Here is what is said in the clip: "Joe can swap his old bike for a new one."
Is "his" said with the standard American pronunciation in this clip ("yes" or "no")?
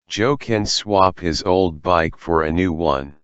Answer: yes